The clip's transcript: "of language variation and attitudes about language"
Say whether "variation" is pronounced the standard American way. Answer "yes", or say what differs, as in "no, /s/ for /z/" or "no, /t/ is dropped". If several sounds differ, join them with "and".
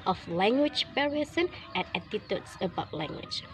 no, /p/ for /v/ and /s/ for /ʃ/